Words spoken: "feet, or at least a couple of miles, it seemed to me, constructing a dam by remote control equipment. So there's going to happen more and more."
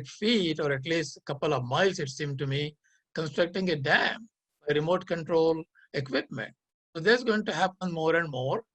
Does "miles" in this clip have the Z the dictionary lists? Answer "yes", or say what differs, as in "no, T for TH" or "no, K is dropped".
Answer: no, S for Z